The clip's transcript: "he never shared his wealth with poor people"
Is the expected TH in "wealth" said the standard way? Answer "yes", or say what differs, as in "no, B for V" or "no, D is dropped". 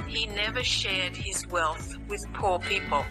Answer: yes